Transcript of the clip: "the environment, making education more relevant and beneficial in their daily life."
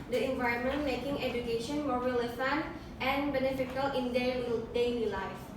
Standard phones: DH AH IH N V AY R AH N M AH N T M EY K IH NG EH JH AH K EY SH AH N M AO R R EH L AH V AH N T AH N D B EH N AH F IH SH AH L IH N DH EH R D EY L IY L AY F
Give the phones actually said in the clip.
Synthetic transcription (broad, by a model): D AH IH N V AY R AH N M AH N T M EY K IH NG EH JH AH K EY SH AH N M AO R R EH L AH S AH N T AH N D B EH N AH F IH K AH L IH N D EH L D EY L IY L AY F